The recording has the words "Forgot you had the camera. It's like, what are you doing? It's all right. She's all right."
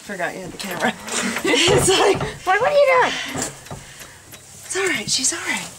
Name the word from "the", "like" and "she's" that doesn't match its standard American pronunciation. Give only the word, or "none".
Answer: like